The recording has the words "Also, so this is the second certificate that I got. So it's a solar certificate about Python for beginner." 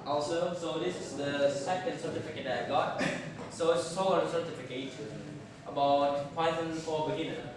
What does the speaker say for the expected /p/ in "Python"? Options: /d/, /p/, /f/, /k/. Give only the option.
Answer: /f/